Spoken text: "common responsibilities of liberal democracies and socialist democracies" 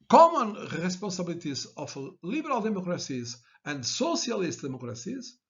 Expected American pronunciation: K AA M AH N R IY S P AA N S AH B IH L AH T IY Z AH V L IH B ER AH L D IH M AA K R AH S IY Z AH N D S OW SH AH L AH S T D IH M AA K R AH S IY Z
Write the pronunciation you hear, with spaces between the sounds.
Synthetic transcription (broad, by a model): K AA M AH N R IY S P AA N S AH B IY L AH T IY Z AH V L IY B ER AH L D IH M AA K R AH S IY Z AH N D S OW S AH L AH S T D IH M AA K R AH S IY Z